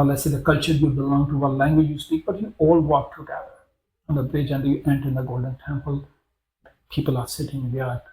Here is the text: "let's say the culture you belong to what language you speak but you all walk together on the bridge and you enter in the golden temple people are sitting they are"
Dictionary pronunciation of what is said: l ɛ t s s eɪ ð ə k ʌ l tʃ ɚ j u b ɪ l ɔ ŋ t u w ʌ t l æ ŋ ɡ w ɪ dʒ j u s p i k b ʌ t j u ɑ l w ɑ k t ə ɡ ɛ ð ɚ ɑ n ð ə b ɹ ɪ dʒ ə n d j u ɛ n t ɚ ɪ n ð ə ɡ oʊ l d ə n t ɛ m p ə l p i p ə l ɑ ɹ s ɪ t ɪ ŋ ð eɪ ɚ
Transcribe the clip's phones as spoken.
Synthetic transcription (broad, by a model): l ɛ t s s eɪ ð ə k ʌ l tʃ ɚ j u b ɪ l ɔ ŋ t u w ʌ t l æ ŋ ɡ w ɪ dʒ j u s p i k b ʌ t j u ɑ l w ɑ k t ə ɡ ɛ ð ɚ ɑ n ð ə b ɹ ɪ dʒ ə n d j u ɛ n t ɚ ɪ n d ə ɡ oʊ l d ə n t ɛ m p ə l p i p ə l ɑ ɹ s ɪ t ɪ ŋ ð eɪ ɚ